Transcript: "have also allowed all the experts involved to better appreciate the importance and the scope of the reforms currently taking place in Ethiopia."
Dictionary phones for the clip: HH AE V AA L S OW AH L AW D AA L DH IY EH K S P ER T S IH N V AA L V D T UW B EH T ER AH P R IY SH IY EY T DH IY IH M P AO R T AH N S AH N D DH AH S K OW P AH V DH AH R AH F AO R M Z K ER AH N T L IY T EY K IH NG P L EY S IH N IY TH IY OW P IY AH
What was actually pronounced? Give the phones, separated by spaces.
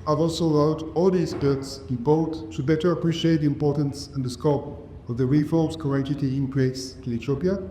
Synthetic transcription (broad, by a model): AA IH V AA L S OW AH L AW D AA L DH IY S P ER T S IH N B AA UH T T UW B EH T ER AH P R IY SH IY EY T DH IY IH M P AO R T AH N S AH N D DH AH S K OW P AH V DH AH R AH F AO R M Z K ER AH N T IY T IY IH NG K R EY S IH L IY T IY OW P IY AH